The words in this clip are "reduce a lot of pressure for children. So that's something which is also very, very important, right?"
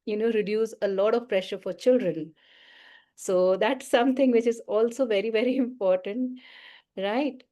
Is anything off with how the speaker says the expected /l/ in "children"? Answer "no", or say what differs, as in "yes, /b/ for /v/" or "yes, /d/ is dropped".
no